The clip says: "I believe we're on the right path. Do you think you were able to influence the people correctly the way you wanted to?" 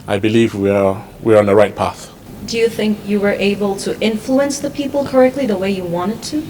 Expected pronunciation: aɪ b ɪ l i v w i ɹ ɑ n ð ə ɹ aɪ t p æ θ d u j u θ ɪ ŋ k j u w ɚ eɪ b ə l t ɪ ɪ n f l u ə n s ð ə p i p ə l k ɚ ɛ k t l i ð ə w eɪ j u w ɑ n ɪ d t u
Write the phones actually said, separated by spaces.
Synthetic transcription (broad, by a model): aɪ b ɪ l i v w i w ɑ n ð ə ɹ aɪ t p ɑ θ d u j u θ ɪ ŋ k j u w ɚ eɪ b ə l t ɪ ɪ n f l u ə n s ð ə p i p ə l k ɚ ɛ k t l i ð ə w eɪ j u w ɑ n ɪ d t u